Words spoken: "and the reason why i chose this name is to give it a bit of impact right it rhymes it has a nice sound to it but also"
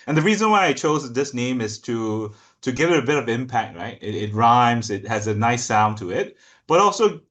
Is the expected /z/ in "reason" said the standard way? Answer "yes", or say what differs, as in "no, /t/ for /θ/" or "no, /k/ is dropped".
yes